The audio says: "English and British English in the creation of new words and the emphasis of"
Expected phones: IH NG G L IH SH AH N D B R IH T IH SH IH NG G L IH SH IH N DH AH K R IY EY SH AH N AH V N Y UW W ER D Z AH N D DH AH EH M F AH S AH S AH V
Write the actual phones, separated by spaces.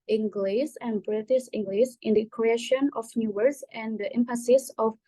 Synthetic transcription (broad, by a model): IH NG G L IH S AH N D B R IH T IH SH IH NG G L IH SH IH N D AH K R IY EY SH AH N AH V N Y UW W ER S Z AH N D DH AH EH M P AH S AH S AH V